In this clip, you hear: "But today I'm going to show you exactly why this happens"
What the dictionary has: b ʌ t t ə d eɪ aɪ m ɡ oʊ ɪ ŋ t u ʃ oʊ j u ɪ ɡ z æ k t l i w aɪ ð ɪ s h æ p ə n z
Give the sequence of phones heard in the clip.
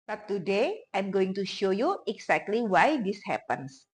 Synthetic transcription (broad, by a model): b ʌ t t ə d eɪ aɪ m ɡ oʊ ɪ ŋ t u ʃ oʊ j u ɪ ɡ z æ k t l i w aɪ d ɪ s h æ p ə n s